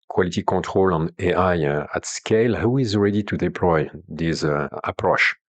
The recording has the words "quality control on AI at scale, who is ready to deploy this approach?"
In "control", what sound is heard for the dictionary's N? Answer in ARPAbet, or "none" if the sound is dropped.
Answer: none